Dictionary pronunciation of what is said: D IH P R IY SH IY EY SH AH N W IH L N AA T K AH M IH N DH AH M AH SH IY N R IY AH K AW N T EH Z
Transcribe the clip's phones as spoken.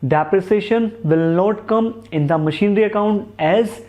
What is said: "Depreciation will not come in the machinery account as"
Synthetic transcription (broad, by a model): D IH P R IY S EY SH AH N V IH L N AA T K AH M IH N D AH M AH SH IY N R IY AH K AW N T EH Z